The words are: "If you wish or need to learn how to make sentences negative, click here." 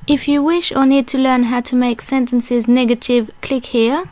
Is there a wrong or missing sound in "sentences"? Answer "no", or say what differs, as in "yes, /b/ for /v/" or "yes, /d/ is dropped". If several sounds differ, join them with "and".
no